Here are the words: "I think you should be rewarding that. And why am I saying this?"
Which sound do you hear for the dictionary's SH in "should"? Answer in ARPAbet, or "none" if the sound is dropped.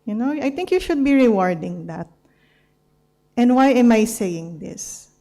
SH